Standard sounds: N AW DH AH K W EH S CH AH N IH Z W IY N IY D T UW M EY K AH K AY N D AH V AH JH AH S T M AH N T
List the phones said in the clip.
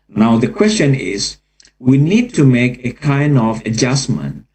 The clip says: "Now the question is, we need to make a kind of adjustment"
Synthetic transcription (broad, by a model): N AW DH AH K W EH S CH AH N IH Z W IY N IY D T UW M EY K AH K AY N D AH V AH JH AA S M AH N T